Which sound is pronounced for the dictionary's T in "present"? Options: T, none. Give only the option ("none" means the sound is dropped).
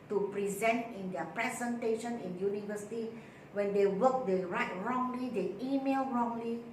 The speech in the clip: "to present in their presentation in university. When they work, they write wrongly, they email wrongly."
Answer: T